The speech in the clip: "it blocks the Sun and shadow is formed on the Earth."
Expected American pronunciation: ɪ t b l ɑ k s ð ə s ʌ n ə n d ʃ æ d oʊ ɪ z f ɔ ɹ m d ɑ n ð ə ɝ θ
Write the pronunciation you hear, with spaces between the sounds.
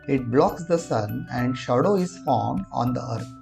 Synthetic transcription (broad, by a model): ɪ t b l ɑ k s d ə s ʌ n ə n d ʃ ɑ d oʊ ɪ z f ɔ ɹ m ɑ n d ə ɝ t